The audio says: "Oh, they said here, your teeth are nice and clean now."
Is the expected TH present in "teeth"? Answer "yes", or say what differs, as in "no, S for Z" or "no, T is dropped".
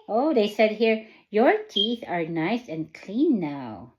yes